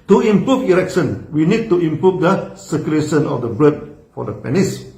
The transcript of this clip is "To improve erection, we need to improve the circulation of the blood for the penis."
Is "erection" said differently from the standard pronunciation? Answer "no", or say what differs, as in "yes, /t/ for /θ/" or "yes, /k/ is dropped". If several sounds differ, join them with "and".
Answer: no